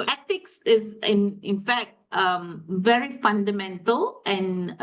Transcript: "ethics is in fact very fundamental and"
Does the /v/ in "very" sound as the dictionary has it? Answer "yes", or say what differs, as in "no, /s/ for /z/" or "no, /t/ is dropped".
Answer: yes